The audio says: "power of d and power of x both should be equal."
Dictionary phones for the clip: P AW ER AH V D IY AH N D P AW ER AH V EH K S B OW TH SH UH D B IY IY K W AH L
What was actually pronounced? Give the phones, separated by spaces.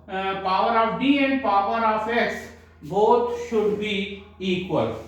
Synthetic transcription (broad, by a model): P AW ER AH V D IY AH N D P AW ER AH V EH K S B OW T SH UH D B IY IY K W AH L